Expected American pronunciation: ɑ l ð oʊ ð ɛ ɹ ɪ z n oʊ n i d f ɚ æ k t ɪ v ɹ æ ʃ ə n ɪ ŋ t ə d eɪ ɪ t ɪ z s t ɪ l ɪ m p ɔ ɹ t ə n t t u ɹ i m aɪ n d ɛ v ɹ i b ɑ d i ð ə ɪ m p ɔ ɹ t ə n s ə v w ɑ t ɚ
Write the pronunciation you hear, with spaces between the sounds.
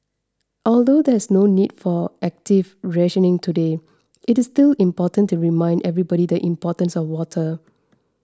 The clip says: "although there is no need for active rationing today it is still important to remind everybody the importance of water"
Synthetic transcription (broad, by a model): ɑ l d oʊ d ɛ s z n oʊ n i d f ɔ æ k t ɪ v ɹ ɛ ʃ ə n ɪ ŋ t ə d eɪ ɪ t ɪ s t ɪ l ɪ m p ɔ t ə n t t u ɹ i m aɪ n d ɛ v ɹ i b ɑ d i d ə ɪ m p ɔ t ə n s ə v w ɑ t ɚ